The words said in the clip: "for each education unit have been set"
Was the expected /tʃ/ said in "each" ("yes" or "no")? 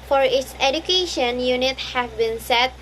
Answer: no